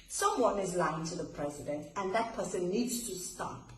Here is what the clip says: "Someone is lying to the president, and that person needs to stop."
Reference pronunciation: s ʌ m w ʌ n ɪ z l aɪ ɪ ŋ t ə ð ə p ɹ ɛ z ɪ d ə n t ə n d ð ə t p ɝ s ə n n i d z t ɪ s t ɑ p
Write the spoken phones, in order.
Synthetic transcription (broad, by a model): s ʌ m w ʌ n ɪ z l aɪ ɪ ŋ t ə ð ə p ɹ ɛ z ɪ d ə n t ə n ð ə t p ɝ s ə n n i d z t ɪ s t ɑ p